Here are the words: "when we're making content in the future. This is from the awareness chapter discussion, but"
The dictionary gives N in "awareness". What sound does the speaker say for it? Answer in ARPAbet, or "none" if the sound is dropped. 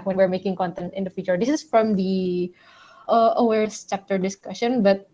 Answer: none